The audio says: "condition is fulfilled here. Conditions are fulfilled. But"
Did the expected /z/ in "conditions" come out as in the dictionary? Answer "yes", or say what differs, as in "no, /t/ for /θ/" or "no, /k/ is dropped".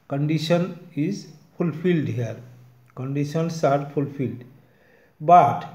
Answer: no, /s/ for /z/